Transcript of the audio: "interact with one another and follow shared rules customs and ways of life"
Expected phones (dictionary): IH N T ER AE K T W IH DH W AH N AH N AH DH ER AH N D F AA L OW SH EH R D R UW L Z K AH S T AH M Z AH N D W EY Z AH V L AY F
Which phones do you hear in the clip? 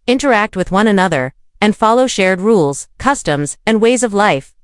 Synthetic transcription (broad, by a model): IH N T ER AE K T W IH DH W AH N AH N AH DH ER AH N F AA L OW SH EH R D R UW L Z K AH S T AH M Z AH N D W EY Z AH V L AY F